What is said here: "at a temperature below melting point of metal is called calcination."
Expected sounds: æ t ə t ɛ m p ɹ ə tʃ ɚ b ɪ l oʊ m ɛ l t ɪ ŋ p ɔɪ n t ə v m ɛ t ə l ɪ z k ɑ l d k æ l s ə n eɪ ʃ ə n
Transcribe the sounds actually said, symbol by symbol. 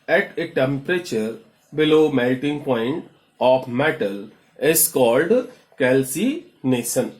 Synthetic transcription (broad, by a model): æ t ə t ɛ m p ɹ ə tʃ ɚ b ɪ l oʊ m ɛ l t ɪ ŋ p ɔɪ n t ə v m ɛ t ə l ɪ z k ɑ l d k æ l s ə n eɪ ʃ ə n